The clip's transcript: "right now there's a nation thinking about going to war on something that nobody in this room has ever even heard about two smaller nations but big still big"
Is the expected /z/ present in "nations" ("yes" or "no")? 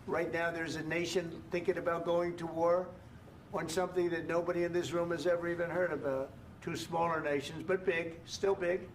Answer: yes